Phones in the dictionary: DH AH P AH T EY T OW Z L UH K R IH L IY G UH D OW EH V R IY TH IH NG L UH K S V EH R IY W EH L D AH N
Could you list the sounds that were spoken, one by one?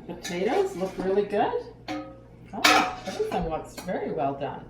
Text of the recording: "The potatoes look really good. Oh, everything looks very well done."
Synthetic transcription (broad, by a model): P AH T EY T OW Z L UH K R IH L IY G UH D OW EH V R IY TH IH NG W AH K S V EH R IY W EH L D AH N